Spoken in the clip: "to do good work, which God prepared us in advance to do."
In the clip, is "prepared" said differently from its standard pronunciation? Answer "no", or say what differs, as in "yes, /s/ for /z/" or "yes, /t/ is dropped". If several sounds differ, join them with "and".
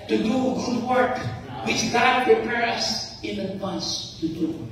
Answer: yes, /d/ is dropped